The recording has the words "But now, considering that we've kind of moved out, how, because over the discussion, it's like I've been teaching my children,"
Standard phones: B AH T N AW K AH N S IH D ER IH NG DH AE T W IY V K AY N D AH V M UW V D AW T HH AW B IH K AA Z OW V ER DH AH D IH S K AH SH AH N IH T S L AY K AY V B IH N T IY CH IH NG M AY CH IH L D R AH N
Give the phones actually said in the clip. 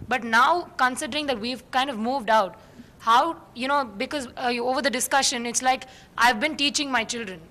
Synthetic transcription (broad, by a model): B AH T N AW K AH N S IH D ER IH NG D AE T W IY V K AY N D AH V M UW V D AW T HH AW B IH K AA Z OW V ER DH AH D IH S K AH SH AH N IH T S L AY K AY V B IH N T IY CH IH NG M AY CH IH L D R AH N